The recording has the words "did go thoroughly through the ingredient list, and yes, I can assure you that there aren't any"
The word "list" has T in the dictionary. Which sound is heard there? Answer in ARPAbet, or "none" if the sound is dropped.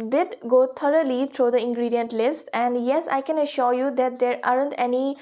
T